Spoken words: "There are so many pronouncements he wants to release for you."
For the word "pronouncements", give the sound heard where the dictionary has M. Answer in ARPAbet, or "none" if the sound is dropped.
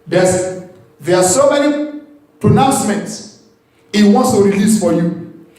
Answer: M